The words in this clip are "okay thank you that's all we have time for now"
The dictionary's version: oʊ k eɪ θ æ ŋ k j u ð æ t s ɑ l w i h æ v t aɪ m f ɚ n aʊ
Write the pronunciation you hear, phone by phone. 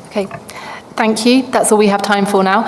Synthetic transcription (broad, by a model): oʊ k eɪ θ æ ŋ k j u ð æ t s ɑ l w i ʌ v t aɪ m f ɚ n aʊ